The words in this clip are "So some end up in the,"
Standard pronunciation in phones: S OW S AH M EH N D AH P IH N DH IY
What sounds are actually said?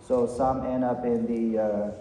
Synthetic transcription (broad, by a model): S OW S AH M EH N AH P IH N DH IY